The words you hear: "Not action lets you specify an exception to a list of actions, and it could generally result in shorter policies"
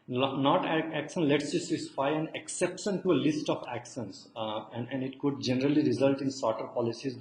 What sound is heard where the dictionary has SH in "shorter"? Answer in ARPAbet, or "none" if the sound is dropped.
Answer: S